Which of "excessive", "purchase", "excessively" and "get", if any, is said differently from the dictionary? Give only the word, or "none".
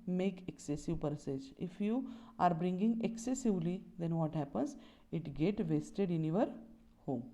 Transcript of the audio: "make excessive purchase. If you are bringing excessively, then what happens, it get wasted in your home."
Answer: purchase